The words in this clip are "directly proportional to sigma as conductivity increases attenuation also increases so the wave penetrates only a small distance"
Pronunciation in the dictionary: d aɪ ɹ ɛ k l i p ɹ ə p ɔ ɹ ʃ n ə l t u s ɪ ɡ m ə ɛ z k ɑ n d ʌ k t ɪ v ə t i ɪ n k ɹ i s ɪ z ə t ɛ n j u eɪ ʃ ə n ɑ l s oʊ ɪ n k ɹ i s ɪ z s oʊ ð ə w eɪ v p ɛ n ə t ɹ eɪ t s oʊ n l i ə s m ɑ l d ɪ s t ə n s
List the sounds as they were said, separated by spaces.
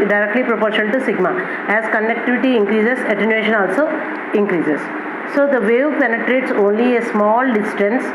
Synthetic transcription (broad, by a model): d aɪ ɹ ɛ k l i p ɹ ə p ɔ ɹ ʃ ə n t u s ɪ ɡ m ə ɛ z k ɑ n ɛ k t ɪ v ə t i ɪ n k ɹ i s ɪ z ə t ɛ n j u eɪ ʃ ə n ɑ l s oʊ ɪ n k ɹ i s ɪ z s oʊ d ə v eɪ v p ɛ n ə t ɹ eɪ t s oʊ n l i ə s m ɑ l d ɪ s t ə n s